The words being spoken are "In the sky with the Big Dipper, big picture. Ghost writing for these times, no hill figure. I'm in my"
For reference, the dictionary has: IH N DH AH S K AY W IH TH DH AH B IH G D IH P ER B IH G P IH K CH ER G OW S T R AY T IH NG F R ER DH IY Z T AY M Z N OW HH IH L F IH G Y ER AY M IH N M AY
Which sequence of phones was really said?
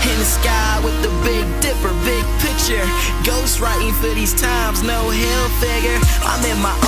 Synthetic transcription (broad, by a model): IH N S K AY W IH DH AH B IH G D IH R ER B IH G P IH K CH ER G OW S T R AY T IH NG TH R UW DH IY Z T AY M Z N OW HH IH L F IH G Y ER AY M IH N M AY